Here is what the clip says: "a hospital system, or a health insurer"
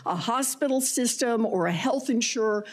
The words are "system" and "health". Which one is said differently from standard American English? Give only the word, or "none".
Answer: none